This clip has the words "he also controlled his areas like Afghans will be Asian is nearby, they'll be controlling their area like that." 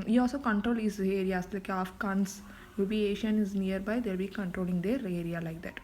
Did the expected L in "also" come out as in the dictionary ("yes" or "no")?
yes